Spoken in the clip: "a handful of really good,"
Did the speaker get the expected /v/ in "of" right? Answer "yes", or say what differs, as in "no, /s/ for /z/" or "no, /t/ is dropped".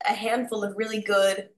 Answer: yes